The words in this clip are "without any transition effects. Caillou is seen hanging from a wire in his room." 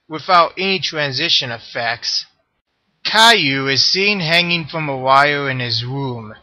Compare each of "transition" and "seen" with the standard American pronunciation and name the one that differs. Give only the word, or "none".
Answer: none